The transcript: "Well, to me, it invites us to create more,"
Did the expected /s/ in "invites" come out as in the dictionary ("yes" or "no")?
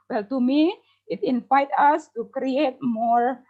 no